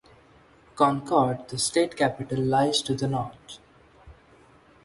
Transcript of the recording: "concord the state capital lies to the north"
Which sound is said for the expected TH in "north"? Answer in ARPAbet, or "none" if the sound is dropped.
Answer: T